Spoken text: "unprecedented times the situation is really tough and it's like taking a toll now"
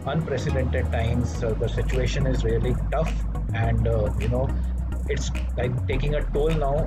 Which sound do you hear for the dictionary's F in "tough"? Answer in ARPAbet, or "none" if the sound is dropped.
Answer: F